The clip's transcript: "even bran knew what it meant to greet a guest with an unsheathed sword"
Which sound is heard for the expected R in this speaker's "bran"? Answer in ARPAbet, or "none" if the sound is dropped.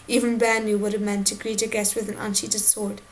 none